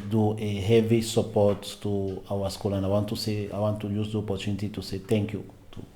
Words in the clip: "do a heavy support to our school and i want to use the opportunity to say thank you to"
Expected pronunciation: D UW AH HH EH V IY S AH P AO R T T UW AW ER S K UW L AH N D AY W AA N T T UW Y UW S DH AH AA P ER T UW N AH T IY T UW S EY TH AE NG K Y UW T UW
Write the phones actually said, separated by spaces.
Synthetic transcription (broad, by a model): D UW AH HH EH V IY S AH P AO R T T UW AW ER S K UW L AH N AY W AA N T T UW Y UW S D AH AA P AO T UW N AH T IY T UW S EY T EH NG K Y UW T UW